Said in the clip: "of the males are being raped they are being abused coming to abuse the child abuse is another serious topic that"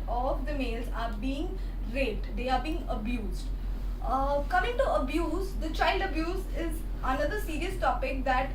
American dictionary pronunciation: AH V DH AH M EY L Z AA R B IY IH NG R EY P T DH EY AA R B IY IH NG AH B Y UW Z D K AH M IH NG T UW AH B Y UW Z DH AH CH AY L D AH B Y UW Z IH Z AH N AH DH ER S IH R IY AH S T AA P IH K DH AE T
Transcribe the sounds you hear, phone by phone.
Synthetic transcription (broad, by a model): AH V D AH M EY L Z AA R B IY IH NG R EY T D EY AA R B IY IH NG AH B Y UW Z D K AH M IH NG T UW AH B Y UW Z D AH CH AY L D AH B Y UW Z IH Z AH N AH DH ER S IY R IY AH S T AA P IH K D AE T